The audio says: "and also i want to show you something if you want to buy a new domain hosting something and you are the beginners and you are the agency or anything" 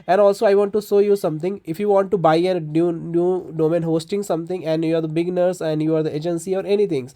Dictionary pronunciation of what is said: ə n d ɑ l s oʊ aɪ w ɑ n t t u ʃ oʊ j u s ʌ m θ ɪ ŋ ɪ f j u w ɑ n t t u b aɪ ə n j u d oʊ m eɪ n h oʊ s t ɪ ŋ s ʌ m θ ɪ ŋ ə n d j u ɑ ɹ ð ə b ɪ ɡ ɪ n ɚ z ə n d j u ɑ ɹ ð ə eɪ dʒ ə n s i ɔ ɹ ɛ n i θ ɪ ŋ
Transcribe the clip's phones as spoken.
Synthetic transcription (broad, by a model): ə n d ɑ l s oʊ aɪ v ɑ n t t u s oʊ j u s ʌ m t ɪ ŋ ɪ f j u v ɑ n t t u b aɪ ə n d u d oʊ m eɪ n h oʊ s t ɪ ŋ s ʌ m t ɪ ŋ ə n d j u ɑ ɹ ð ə b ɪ ɡ n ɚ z ə n d j u ɑ ɹ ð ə eɪ dʒ ə n s i ɔ ɹ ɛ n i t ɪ ŋ